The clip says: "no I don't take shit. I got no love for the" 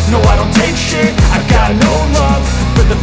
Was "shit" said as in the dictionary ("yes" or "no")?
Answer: no